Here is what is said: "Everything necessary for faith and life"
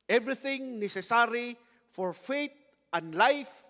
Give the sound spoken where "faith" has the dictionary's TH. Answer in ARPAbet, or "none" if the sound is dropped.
T